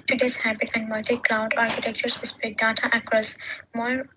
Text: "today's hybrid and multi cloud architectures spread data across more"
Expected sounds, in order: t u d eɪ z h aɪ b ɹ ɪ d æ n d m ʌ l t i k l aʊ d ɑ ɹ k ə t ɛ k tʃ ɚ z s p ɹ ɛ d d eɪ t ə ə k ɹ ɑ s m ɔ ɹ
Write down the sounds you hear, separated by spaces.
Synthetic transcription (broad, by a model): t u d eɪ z h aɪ b ɪ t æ n d m ʌ l t i k l aʊ d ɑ ɹ k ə t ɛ k tʃ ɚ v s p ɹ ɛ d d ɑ t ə ə k ɹ ɑ s m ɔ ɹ